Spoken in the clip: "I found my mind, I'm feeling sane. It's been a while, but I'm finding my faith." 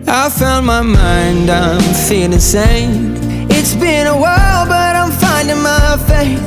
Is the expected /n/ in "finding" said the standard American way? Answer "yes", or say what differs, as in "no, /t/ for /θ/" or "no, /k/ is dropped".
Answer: yes